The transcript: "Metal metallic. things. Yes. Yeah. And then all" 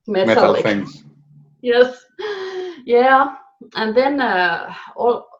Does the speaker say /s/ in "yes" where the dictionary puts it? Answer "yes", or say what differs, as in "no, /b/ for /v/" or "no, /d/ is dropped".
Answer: yes